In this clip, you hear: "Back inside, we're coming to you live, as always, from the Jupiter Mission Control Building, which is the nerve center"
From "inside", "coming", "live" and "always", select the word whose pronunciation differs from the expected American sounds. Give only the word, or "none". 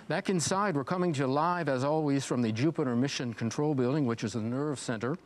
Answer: none